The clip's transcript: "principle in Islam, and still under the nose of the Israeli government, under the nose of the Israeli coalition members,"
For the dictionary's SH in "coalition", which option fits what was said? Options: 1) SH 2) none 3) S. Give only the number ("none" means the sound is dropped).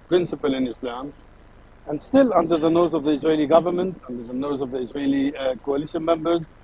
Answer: 1